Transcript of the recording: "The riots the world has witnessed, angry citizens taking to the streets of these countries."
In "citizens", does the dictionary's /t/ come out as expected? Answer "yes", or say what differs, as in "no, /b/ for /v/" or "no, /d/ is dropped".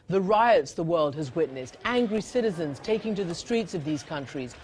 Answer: yes